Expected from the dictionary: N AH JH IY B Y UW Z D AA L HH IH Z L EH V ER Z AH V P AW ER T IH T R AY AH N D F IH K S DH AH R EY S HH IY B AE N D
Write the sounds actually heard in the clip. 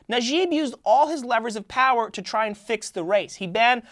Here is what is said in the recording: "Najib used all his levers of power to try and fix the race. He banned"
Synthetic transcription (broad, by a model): N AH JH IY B Y UW Z D AA L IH Z L EH V ER Z AH V P AW ER T IH T R AY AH N F IH K S DH AH R EY S HH IY B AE N